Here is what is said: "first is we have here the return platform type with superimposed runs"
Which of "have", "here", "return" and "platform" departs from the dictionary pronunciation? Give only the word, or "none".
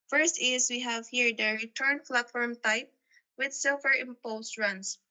platform